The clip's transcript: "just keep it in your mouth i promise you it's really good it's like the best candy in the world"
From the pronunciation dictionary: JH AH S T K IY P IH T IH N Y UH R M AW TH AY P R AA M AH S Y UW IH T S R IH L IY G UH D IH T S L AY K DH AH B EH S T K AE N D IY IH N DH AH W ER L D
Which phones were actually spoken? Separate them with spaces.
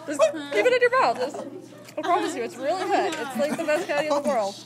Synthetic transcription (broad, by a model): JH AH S K IY P IH T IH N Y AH R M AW S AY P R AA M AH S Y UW IH T S R IH L IY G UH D IH T S L AY K DH AH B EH S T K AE D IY IH N DH AH W ER L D